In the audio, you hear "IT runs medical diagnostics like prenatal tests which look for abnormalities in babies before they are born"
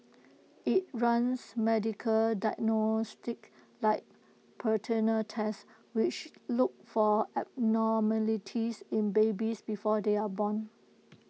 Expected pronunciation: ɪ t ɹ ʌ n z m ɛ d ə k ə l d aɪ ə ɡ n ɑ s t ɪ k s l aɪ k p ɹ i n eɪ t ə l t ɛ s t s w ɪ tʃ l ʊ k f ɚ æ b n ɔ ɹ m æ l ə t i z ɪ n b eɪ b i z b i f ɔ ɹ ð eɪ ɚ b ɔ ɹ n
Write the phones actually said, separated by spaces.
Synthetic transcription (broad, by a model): ɪ t ɹ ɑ n s m ɛ d ə k ə l d aɪ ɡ n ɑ s t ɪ k l aɪ k p i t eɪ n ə t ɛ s s w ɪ tʃ l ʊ k f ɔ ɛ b n ɔ m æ l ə t i s ɪ n b eɪ b i s b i f ɔ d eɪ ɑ b ɔ n